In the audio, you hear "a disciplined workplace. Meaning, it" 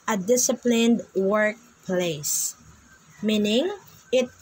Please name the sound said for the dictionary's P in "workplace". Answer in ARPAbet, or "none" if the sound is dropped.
P